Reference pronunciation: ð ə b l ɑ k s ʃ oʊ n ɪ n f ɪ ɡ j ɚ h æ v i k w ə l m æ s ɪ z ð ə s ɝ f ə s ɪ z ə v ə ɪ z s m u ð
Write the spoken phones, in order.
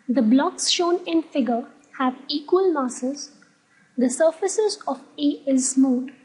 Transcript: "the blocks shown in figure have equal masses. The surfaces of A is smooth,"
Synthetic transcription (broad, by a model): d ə b l ɑ k s ʃ oʊ n ɪ n f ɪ ɡ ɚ h æ v i k w ə l m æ s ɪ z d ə s ɝ f ə s ɪ z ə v ə ɪ z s m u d